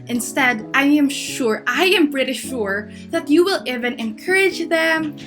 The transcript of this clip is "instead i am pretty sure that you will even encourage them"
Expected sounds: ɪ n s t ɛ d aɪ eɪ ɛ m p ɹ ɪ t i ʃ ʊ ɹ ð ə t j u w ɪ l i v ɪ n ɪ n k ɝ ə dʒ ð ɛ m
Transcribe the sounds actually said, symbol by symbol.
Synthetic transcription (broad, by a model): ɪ n s t ɛ d aɪ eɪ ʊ m b ɹ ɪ t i ʃ ʊ ɹ ð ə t j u w ɪ l i v ɪ n ɪ n k ɝ ə dʒ ð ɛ m